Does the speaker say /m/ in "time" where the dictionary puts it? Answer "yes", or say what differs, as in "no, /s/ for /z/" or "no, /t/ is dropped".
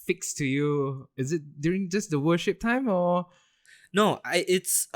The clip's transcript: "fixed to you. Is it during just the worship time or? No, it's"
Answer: yes